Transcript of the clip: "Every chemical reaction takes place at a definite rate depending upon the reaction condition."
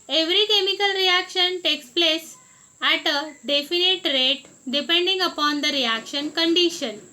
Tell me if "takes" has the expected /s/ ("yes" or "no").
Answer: yes